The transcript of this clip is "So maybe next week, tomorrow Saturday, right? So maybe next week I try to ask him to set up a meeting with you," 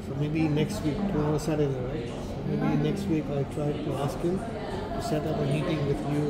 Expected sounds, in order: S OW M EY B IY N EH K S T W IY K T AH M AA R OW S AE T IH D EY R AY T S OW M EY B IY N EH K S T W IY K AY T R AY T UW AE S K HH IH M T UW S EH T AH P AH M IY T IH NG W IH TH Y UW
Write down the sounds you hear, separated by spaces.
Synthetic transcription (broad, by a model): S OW M EY B IY N EH K S T W IY K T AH AA OW S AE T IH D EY R AY T S OW M EY B IY N EH K S T W IY K AY T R AY T UW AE S K HH IH M T UW S EH T AH P AH M IY T IH NG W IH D Y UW